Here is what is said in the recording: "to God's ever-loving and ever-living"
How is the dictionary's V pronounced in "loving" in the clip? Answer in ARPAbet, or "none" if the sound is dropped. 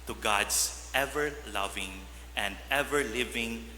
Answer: V